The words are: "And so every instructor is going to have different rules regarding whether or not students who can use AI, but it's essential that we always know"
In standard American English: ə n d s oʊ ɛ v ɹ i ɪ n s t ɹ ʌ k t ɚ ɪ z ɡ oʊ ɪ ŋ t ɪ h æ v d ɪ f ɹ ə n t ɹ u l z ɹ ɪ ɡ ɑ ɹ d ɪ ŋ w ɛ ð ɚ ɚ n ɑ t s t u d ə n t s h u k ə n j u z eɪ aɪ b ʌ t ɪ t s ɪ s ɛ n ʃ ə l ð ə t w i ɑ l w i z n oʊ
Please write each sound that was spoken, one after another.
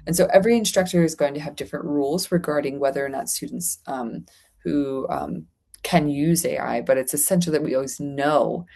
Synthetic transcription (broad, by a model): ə n s oʊ ɛ v ɹ i ɪ n s t ɹ ʌ k t ɚ ɪ z ɡ oʊ ɪ ŋ t ɪ v d ɪ f ɹ ə n t ɹ u l z ɹ ɪ ɡ ɑ ɹ d ɪ ŋ w ɛ ð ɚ ɚ n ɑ t s t u d n t s h u k ə n j u z eɪ aɪ b ʌ t ɪ t s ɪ s ɛ n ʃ l ð ə t w i ɑ l w i z n oʊ